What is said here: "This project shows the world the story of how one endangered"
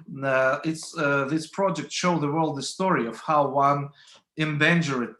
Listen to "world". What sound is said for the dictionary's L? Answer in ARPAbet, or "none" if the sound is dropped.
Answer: L